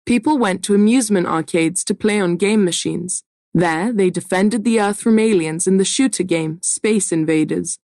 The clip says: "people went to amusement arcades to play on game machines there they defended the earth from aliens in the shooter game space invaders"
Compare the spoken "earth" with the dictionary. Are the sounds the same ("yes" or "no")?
yes